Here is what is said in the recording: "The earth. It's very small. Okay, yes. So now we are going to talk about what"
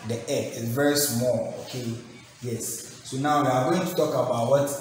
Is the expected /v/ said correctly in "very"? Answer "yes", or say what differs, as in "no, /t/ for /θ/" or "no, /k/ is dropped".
yes